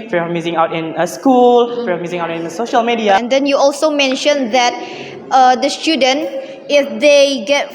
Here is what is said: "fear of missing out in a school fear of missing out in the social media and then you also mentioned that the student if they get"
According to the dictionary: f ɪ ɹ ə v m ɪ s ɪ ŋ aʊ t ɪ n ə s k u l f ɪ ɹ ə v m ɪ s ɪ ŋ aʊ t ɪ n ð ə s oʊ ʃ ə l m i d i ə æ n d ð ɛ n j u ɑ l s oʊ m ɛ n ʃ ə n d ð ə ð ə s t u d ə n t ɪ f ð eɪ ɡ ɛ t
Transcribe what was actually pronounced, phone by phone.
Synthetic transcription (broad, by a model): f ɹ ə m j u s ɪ ŋ aʊ t ɪ n ə s k u l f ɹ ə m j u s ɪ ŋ aʊ t ɪ n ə s oʊ ʃ ə l m i d i ə n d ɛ n j u ɑ l s oʊ m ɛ n ʃ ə n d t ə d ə s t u d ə n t ɪ f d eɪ ɡ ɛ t